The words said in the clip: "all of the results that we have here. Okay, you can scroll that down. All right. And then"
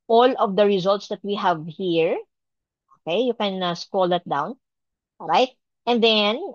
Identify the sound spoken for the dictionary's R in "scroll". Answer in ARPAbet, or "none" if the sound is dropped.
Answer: none